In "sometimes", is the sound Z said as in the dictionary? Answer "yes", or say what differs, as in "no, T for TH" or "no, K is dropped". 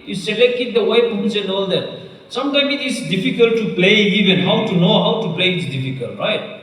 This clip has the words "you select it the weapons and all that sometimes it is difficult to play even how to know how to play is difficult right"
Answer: no, Z is dropped